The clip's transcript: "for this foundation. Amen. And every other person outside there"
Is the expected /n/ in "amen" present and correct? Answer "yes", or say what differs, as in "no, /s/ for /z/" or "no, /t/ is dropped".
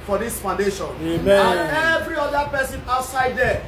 no, /n/ is dropped